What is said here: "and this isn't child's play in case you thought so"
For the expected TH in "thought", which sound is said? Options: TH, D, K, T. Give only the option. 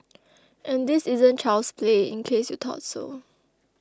T